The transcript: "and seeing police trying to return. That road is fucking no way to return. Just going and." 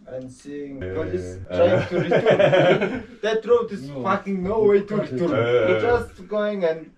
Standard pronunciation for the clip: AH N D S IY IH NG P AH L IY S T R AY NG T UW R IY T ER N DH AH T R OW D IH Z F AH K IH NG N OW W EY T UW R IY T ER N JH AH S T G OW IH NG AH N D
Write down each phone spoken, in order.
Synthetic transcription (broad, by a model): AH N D S IY IH NG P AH IY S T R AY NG T UW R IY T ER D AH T R OW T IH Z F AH K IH NG N OW W EY T UW R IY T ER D JH AH S T G OW IH NG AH N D